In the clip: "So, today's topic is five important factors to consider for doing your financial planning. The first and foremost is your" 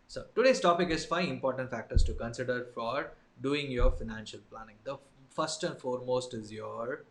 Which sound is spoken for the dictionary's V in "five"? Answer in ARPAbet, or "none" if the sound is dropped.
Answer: none